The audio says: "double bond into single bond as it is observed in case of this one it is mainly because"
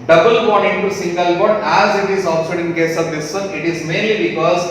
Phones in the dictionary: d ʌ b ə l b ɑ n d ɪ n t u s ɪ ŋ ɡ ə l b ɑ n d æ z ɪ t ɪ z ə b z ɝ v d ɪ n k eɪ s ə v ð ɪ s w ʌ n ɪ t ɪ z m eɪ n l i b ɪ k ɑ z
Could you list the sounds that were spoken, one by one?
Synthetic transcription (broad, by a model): d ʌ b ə l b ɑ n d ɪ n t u s ɪ ŋ ɡ ə l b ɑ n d æ z ɪ t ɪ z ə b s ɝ d ɪ n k eɪ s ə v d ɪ s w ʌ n ɪ t ɪ z m eɪ n l i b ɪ k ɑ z